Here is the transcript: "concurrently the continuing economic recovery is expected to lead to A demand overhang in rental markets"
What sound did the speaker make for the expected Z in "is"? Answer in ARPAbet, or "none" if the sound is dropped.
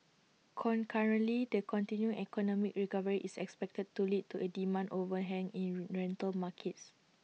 S